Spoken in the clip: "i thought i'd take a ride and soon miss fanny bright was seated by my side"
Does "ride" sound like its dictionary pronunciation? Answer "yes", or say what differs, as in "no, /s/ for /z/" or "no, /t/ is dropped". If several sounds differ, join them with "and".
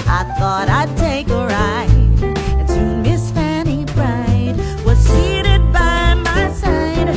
no, /d/ is dropped